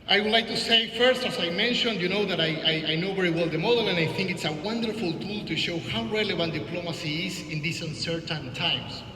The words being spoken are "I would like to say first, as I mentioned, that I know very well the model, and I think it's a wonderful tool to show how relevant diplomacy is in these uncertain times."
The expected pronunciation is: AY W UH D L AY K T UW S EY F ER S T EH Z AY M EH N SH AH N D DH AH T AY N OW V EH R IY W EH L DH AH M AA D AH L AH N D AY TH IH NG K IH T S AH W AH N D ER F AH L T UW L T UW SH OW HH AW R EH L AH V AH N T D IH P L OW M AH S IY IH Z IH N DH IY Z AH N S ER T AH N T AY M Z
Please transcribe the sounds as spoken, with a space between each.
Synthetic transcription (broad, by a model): AY W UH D L AY K T UW S EY F ER S T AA S AY M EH N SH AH N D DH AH T AY N OW V EH R IY W EH L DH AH M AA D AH L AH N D AY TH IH NG K IH T S AH W AH N D ER F AH L T UW L T UW SH OW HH AW R EH L AH V AH N T D IH P L OW M AH S IY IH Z IH N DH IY S AH N S ER T AH N T AY M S